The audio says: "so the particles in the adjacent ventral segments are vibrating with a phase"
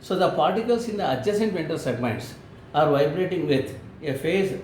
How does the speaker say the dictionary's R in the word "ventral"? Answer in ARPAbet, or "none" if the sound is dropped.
none